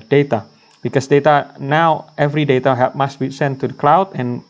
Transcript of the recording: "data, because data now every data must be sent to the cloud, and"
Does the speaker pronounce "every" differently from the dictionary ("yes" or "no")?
no